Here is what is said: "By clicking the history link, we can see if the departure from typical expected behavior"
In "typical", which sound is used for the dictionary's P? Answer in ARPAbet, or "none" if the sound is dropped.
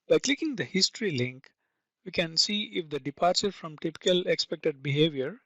P